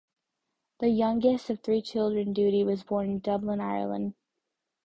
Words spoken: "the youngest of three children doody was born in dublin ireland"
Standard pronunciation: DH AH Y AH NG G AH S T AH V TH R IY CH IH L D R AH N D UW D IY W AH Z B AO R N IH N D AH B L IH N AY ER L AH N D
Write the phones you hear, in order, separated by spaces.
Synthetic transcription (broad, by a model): DH AH Y AH NG G AH S T AH V TH R IY CH IH L D R AH N D UW D IY W AH Z B AO R N IH N D AH B L IH N AY ER L AH N D